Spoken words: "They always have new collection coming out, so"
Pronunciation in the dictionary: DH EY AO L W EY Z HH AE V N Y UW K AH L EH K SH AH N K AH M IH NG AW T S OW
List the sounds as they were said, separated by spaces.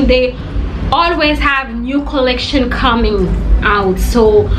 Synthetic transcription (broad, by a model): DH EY AO L W EY Z HH AE V N Y UW K AH L EH K SH AH N K AH M IH NG AW T S OW